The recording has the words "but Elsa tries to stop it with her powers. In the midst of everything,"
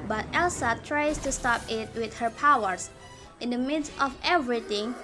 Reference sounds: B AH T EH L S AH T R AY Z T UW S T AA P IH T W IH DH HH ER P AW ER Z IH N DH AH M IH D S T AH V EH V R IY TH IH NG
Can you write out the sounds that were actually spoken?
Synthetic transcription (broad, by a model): B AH T EH L S AH T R AY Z T UW S T AA P IH T W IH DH HH ER P AW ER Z IH N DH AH M IH D S T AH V EH V R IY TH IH NG